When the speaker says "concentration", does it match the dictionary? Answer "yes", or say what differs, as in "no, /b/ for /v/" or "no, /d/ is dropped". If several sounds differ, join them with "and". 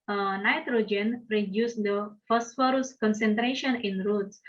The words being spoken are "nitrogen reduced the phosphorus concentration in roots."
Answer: yes